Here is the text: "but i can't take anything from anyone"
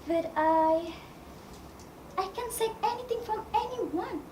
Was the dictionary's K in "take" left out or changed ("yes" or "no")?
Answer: yes